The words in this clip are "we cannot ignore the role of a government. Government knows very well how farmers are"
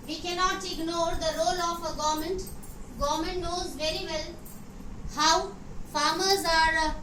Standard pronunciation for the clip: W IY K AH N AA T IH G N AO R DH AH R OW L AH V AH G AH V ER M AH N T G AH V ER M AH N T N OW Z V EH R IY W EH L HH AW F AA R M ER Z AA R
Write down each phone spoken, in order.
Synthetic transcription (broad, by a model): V IY K AH N AA T IH G N AO R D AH R OW L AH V AH G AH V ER M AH N T G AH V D M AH N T N OW Z V EH R IY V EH L HH AW F AA R M ER Z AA R